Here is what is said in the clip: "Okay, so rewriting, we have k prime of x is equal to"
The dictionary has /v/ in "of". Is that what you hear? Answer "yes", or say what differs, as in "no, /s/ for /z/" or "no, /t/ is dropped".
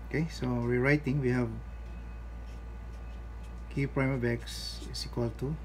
no, /b/ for /v/